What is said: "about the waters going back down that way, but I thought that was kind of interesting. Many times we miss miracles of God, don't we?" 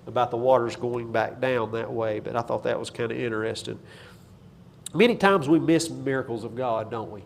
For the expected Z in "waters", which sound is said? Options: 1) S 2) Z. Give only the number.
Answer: 2